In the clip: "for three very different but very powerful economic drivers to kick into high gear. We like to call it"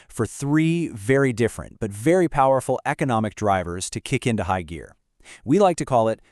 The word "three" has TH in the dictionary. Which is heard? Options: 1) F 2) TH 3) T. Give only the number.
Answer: 2